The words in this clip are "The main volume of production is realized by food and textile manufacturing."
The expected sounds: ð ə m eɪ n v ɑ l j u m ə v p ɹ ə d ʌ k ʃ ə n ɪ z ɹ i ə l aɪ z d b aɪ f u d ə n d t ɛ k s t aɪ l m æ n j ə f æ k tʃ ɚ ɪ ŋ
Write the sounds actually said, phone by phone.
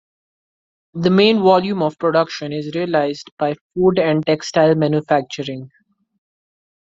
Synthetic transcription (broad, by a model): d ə m eɪ n v ɑ l j u m ə v p ɹ ə d ʌ k ʃ ə n ɪ z ɹ i ə l aɪ z d b aɪ f u d ə n d t ɛ k s t aɪ l m æ n j ə f æ k tʃ ɚ ɪ ŋ